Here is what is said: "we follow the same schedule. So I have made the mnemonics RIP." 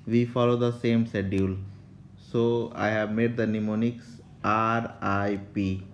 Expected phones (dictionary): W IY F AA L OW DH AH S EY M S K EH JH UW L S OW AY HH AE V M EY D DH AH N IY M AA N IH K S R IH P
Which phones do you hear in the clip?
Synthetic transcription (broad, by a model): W IY F AA L OW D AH S EY M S EH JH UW L S OW AY HH AE V M EY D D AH N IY M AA N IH K S R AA P